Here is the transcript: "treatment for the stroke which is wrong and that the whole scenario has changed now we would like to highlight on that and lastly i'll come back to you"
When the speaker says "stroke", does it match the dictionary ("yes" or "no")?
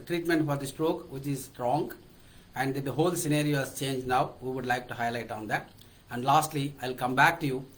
yes